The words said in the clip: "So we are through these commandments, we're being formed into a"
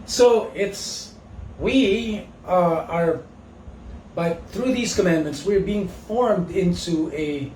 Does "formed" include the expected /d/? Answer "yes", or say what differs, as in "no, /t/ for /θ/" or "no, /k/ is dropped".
yes